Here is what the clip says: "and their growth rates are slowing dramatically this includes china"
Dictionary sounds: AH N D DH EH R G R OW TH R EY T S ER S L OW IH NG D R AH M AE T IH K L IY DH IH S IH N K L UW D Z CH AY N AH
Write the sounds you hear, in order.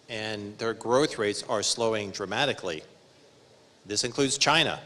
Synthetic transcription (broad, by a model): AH N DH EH R G R OW TH R EY T S ER S L OW IH NG D R AH M AE T IH K L IY DH IH S IH N K L UW D Z CH AY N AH